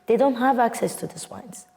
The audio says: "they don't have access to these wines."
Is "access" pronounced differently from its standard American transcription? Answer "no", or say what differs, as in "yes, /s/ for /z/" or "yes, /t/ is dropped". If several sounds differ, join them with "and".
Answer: no